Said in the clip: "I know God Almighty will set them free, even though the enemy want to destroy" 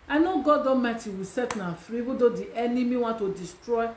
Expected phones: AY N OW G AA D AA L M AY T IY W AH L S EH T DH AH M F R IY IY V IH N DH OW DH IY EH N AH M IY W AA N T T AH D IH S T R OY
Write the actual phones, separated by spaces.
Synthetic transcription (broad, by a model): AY N OW G AA D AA M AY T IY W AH S EH T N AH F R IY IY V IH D OW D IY EH N AH M IY W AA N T T AH D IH S T R OY